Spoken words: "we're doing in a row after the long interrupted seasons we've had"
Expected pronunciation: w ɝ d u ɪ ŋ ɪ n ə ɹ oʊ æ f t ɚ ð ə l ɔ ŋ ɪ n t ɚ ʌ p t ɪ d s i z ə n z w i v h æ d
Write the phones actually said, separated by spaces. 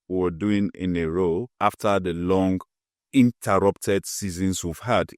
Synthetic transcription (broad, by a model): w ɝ d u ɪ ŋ ɪ n ə ɹ oʊ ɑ f t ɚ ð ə l ɔ ŋ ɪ n t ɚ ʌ p t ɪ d s i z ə n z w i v h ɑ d